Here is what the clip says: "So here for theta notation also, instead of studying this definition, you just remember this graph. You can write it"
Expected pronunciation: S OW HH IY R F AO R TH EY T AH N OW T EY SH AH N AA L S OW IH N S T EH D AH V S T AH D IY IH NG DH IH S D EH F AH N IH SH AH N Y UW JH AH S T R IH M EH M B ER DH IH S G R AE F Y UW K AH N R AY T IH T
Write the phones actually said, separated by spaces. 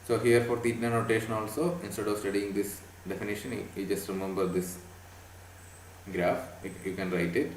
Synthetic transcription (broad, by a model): S OW HH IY R F AO R T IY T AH N OW T EY SH AH N AA L S OW IH N S T EH D AH V S T AH D IY IH NG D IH S D EH F AH N IH SH AH N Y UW JH AH S T R IH M EH M B ER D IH S G R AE F Y UW K AH N R AY T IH T